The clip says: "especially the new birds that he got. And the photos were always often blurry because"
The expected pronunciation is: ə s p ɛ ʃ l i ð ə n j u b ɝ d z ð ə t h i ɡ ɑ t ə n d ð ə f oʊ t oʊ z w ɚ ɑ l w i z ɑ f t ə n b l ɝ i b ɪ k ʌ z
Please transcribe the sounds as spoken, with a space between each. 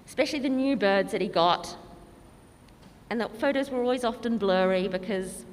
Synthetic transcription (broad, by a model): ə s p ɛ ʃ l i ð ə n j u b ɝ d z ð ə t h i ɡ ɑ t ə n ð ə f oʊ t oʊ z w ɚ ɑ l w i z ɑ f t ə n b l ɝ i b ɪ k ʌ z